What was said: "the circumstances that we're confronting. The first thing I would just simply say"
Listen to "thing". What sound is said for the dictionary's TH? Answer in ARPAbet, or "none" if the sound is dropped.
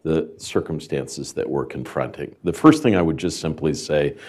TH